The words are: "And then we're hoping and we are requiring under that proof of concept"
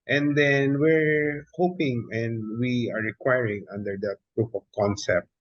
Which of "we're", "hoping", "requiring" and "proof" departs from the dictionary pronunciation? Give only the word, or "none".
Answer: proof